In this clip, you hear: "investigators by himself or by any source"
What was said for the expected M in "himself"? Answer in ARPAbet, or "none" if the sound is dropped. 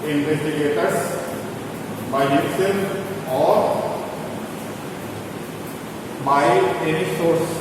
none